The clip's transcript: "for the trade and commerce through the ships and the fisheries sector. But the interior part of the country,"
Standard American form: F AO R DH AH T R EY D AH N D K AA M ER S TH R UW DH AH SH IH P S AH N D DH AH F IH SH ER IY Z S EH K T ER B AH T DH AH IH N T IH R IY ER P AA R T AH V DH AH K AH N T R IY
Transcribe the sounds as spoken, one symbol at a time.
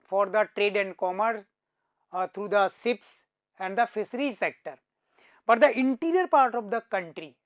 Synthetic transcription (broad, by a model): F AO R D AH T R EY D AH N D K AA M ER S T R UW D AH S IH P S AH N D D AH F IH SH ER IY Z S EH K T ER B AH T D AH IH N T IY R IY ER P AA R T AH V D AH K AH N T R IY